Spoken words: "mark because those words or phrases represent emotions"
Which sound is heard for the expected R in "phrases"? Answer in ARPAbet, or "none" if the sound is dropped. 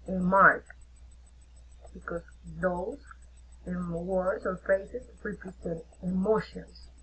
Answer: none